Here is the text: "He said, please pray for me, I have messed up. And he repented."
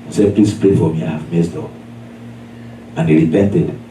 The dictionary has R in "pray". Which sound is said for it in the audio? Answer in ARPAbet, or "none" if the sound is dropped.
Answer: R